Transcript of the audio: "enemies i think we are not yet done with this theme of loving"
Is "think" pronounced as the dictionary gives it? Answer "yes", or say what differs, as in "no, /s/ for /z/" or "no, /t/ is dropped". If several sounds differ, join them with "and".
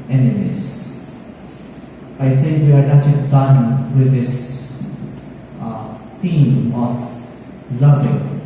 no, /s/ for /θ/